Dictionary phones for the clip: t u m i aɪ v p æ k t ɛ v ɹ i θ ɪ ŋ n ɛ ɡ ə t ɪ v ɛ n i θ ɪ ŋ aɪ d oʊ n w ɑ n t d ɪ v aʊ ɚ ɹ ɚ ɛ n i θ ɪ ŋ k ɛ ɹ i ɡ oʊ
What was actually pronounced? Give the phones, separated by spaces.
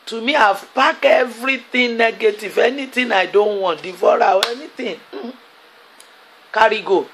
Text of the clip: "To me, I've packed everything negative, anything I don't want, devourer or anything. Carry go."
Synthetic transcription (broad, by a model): t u m i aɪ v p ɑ k ɛ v ɹ i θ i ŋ n ɛ ɡ ə t ɪ v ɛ n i t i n aɪ d oʊ n w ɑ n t d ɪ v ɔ ɹ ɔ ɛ n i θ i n k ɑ ɹ i ɡ oʊ